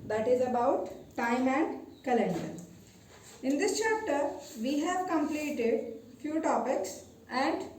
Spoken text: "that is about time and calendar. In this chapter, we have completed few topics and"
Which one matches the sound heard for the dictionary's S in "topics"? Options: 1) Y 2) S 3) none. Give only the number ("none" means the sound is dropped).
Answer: 2